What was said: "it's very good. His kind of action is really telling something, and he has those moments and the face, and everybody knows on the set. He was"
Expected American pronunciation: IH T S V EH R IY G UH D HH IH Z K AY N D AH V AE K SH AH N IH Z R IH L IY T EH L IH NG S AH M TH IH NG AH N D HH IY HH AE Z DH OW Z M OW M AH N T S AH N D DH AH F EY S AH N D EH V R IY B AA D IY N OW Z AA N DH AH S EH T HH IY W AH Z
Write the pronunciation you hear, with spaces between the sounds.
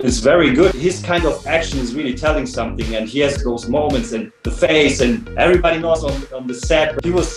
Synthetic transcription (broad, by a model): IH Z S V EH R IY G UH D HH IH Z K AY N D AH V AE K SH AH N IH Z R IH L IY T EH L IH NG S AH M TH IH NG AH N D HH IY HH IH Z DH OW Z M OW M AH N T S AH N DH AH F EY S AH N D EH V R IY B AA D IY N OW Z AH N DH AH S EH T HH IY W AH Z